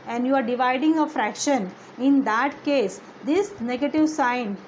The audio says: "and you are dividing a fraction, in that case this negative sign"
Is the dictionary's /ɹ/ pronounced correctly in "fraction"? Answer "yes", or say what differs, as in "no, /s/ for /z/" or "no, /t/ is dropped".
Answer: yes